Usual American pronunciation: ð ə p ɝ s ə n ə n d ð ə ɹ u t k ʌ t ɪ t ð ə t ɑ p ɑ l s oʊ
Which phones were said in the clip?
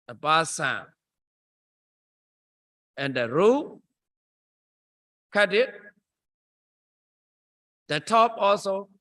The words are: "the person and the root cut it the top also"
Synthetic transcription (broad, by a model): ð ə b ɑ s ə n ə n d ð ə ɹ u k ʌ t ɪ t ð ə t ɑ p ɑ l s oʊ